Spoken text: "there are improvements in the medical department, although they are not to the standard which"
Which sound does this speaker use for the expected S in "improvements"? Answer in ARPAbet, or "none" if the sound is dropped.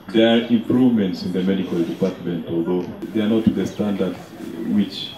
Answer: S